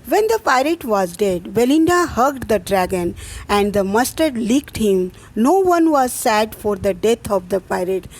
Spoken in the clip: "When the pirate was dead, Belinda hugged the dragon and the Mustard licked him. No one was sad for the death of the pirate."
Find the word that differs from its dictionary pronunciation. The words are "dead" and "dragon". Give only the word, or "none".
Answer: none